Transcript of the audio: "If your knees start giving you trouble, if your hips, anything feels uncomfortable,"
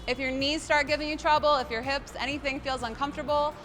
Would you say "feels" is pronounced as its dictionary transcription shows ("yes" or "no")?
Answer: yes